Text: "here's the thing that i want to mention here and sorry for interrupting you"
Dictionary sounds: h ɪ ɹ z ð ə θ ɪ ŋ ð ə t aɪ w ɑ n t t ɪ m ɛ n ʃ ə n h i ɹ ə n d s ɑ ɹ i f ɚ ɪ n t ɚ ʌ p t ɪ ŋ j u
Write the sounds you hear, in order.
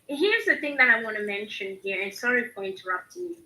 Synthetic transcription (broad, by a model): h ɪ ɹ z ð ə θ ɪ ŋ ð ə t aɪ w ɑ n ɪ m ɛ n ʃ ə n h i ɹ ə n s ɑ ɹ i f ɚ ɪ n t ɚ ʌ p t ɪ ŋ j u